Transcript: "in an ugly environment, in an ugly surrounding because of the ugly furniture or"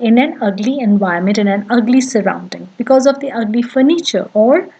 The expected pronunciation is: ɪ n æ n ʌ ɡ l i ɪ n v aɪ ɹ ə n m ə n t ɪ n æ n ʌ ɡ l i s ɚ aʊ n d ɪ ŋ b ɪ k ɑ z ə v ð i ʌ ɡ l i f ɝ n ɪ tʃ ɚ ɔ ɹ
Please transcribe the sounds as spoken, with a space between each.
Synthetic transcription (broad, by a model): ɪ n æ n ʌ ɡ l i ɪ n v aɪ ə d m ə n t ɪ n æ n ʌ ɡ l i s ɚ aʊ n d ɪ ŋ b ɪ k ɑ z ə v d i ʌ ɡ l i f ɝ n ɪ tʃ ɚ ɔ ɹ